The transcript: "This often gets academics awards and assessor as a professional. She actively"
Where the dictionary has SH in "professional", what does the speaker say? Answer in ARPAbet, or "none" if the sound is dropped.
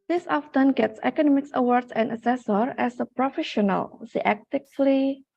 SH